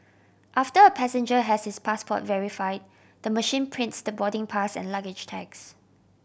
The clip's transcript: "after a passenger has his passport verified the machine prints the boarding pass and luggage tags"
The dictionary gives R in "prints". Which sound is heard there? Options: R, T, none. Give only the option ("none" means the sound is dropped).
R